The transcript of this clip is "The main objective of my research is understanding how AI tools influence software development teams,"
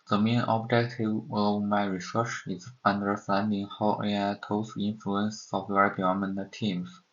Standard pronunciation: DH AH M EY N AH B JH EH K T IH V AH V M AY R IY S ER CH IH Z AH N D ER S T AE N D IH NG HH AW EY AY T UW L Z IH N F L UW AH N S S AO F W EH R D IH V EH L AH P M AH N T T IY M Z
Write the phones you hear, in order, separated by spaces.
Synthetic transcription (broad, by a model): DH AH M EY N AH B JH EH K T IH V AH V M AY R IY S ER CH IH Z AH N D ER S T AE N D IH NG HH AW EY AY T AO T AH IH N F L UW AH N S S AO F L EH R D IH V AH M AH N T T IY M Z